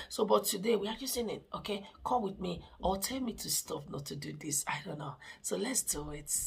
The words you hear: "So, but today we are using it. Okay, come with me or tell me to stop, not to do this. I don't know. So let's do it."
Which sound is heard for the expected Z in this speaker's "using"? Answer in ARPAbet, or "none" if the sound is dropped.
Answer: S